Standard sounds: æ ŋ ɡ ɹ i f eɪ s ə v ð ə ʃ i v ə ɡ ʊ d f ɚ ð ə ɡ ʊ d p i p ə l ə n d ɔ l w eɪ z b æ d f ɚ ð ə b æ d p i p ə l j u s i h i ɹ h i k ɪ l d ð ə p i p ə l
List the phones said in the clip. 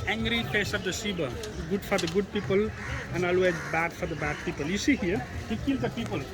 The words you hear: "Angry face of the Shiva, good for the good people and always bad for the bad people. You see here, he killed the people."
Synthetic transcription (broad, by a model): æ ŋ ɡ ɹ i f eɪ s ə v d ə s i b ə ɡ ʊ d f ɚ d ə ɡ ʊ d p i p ə l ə n ɔ l w eɪ z b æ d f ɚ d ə b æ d p i p ə l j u s i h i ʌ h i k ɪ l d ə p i p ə l